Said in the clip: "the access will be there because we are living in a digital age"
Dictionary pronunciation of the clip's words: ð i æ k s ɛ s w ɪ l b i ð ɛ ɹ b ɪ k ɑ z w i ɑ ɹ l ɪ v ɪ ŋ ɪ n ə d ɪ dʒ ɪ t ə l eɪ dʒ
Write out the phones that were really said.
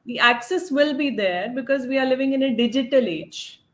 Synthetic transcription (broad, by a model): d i æ k s ɛ s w ɪ l b i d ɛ ɹ b ɪ k ɑ z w i ɑ ɹ l ɪ v ɪ ŋ ɪ n ə d ɪ dʒ ɪ t ə l eɪ dʒ